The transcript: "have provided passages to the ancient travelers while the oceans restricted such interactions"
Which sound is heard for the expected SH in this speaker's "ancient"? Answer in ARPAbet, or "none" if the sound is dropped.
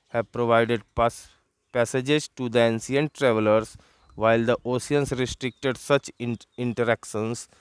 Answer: S